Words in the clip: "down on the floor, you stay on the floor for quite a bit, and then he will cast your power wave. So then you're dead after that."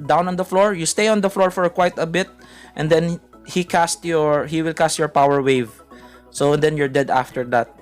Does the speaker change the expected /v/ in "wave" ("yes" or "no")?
no